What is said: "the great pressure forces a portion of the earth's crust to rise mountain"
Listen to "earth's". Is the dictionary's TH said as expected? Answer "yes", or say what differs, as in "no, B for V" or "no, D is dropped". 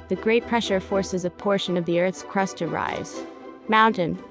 yes